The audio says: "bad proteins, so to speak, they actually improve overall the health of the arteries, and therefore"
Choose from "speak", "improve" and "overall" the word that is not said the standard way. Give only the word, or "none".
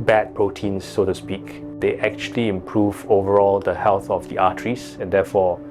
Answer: none